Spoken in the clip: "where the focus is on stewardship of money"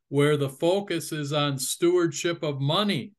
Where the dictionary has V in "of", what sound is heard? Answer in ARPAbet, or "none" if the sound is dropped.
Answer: V